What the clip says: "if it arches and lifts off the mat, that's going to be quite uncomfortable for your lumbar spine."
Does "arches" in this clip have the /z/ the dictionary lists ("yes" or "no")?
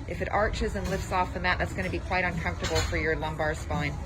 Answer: yes